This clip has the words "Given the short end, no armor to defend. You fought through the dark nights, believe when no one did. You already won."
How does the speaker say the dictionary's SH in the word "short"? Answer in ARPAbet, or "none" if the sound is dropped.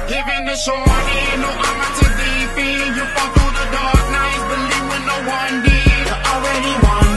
S